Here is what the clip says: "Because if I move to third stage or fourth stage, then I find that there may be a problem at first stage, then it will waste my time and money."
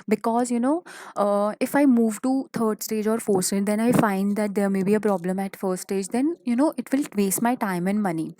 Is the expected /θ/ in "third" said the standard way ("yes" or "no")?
no